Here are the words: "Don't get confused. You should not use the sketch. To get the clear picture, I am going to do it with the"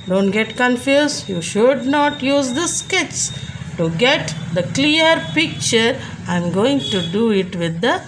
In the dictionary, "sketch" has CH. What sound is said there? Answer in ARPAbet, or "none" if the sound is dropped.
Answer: S